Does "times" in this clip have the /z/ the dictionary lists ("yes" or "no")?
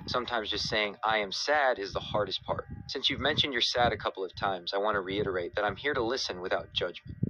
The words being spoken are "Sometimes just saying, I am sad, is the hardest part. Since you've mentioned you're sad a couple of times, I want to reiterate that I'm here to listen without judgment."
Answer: yes